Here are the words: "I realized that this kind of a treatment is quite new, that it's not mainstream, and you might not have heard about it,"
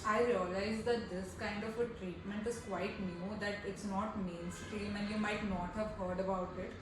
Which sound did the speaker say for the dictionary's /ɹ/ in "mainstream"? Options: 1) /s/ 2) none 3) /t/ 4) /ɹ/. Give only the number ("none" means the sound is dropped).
2